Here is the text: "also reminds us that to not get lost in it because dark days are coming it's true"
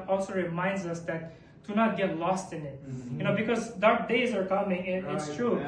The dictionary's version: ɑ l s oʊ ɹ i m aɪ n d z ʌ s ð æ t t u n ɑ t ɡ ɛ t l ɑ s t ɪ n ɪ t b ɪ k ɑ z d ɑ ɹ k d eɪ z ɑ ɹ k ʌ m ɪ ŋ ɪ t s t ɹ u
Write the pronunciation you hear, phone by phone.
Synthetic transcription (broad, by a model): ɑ l s oʊ ɹ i m aɪ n d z ʌ s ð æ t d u n ɑ t ɡ ɛ t l ɑ s t ɪ n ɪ t b ɪ k ɑ z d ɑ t d eɪ z ɑ ɹ k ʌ m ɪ ŋ ɪ t s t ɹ u